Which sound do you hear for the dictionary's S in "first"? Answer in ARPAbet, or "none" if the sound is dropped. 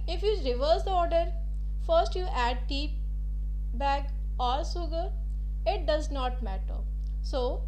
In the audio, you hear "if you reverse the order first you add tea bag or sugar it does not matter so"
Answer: S